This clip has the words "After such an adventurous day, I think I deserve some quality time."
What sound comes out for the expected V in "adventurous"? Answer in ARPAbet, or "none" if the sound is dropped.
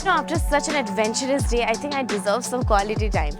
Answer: V